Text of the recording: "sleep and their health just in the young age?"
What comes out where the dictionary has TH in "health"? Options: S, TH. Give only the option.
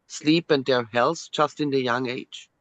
S